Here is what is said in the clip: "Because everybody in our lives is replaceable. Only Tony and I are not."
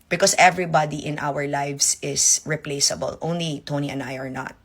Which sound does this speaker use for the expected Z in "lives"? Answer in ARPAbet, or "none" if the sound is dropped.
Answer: S